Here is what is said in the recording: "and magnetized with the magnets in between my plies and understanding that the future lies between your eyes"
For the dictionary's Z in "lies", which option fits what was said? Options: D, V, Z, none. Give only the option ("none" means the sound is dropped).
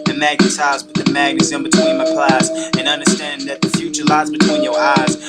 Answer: Z